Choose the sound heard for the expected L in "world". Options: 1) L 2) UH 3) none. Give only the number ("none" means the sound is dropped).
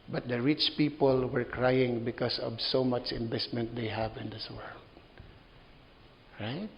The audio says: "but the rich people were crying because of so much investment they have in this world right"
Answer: 1